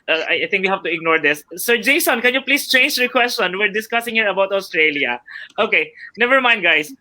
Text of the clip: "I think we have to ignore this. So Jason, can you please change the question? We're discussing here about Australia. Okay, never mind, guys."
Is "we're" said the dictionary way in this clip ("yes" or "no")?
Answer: yes